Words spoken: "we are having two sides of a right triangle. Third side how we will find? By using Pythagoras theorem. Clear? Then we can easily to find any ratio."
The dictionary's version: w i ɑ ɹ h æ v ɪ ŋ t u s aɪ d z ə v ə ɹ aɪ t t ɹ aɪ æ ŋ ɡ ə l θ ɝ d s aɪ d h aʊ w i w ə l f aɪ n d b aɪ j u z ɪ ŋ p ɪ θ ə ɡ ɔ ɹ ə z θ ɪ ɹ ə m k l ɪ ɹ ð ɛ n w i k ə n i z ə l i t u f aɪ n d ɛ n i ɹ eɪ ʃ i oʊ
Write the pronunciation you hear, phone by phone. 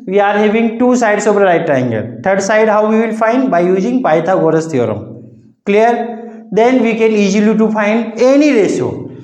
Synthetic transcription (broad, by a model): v i ɑ ɹ h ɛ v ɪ ŋ t u s aɪ d s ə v ə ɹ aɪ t t aɪ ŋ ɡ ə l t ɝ d s aɪ d h aʊ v i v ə l f aɪ n d b aɪ j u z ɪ ŋ p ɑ t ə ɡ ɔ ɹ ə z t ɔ ɹ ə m k l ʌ ɹ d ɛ n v i k ə n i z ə l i t u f aɪ n d ɛ n i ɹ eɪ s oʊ